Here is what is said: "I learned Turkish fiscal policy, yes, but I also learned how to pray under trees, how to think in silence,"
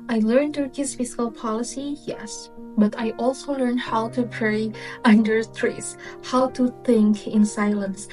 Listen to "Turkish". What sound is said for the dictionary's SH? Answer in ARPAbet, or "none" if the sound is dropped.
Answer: S